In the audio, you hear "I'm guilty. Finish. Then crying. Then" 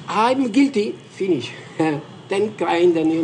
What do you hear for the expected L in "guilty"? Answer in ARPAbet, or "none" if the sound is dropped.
L